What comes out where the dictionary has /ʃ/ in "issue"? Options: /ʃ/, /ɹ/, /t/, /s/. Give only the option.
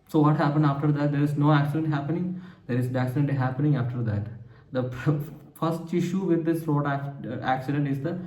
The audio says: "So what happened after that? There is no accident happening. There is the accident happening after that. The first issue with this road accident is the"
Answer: /ʃ/